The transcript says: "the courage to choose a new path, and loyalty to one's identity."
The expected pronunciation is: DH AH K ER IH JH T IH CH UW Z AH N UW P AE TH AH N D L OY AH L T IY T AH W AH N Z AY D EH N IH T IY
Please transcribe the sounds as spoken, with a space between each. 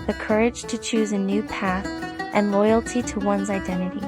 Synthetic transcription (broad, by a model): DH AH K ER IH JH T IH CH UW Z AH N UW P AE TH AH N L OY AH L T IY T AH W AH N Z AY D EH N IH T IY